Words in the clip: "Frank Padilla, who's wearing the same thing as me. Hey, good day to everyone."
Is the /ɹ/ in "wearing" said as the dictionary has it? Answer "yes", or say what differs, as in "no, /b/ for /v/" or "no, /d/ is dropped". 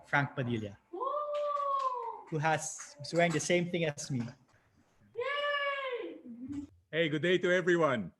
no, /w/ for /ɹ/